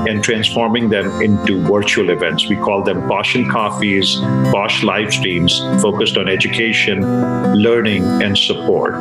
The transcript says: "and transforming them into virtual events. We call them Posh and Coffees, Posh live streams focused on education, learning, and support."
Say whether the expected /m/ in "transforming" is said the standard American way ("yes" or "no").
yes